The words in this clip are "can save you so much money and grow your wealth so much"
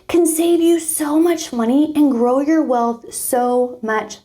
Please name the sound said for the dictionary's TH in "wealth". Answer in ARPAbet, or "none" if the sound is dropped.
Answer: TH